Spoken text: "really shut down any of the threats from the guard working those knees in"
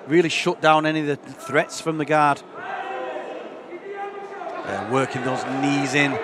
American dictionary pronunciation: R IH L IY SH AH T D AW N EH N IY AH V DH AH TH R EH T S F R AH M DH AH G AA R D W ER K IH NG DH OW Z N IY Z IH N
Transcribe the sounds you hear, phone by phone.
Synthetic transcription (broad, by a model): R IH L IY SH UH T D AW N EH N IY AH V DH AH TH R EH T S F R AH M DH AH G AA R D W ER K IH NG DH OW Z N IY Z IH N